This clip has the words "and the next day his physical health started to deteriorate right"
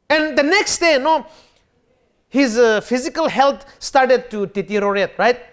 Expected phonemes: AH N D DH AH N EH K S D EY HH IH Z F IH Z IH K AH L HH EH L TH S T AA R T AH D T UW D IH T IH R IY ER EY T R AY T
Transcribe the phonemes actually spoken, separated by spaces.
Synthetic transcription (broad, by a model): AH N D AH N EH K S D EY HH IH Z F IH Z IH K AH L HH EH L T S T AA R T AH D T UW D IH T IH R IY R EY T R AY T